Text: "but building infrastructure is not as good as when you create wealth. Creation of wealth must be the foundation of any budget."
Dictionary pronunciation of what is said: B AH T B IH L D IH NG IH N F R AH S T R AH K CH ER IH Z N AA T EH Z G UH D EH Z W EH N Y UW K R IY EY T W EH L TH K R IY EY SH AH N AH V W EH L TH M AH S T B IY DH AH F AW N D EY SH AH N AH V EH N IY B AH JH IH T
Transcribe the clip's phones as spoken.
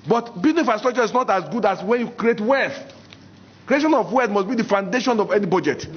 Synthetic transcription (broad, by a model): B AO T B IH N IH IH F AH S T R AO CH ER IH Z N AA T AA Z G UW D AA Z W EH N Y UW K R IY EY T W EH L TH K R IY EY SH AH N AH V W EH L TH M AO S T B IY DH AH F AW N D EY SH AH N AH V EH N IY B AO JH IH T